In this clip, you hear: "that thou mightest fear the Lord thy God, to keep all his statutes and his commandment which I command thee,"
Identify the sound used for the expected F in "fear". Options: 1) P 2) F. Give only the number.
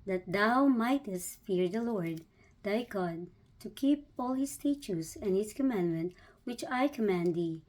2